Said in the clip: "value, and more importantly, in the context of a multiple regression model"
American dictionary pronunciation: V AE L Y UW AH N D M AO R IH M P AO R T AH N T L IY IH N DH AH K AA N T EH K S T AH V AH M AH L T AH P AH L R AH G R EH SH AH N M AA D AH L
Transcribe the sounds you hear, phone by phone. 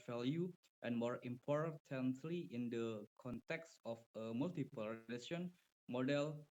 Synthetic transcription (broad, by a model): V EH L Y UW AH N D M AO R IH M P AO R T AH N T L IY IH N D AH K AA N T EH K S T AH F AH M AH L T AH P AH L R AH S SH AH N M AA D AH L